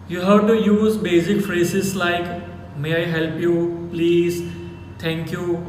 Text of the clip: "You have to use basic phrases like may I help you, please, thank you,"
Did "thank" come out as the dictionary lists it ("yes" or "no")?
no